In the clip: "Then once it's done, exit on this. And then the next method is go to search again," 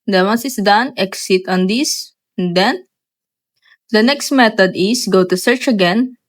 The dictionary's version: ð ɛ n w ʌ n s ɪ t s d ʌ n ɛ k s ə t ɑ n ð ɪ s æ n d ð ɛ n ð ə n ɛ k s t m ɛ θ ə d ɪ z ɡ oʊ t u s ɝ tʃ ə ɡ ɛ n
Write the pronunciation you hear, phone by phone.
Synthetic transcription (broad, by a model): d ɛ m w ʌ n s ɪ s d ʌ n ɛ k s ə t ɑ n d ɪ s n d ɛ n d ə n ɛ k s t m ɛ t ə d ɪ s ɡ oʊ t u s ɝ tʃ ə ɡ ɛ n